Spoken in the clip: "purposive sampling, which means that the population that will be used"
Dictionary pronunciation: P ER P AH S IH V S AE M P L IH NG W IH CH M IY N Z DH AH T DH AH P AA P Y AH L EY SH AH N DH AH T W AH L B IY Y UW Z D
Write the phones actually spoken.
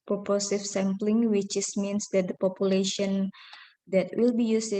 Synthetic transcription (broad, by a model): P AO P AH S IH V S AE M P L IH NG W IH S M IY N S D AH T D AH P AA P Y AH L EY SH AH N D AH T W AH L B IY Y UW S